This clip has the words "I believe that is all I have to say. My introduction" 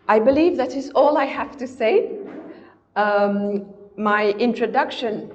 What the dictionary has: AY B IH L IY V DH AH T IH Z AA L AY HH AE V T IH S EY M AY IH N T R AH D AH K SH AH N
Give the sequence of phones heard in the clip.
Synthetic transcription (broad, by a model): AY B IH L IY V DH AH T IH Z AA L AY HH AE F T IH S EY M AY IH N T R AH D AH K SH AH N